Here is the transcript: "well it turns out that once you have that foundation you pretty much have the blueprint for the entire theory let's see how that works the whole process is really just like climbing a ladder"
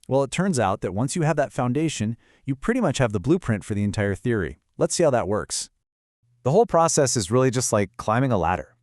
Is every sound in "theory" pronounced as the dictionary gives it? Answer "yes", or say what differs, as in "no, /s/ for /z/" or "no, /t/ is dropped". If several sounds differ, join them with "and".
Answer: yes